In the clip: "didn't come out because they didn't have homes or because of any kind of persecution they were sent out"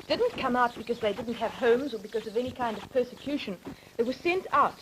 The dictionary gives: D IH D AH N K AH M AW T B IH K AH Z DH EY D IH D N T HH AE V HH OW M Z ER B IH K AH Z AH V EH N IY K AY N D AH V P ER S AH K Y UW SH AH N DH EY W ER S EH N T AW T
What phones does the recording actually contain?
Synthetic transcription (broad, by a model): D IH D N K AH M AW T B IH K AH Z DH EY D IH D N T HH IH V HH OW M Z ER B IH K AH Z AH V EH N IY K AY N D AH V P ER S AH K Y UW SH AH N DH EY W ER S EH N T AW T